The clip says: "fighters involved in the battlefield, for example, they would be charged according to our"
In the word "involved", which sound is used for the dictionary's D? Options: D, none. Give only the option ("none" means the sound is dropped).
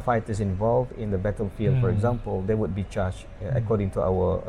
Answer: D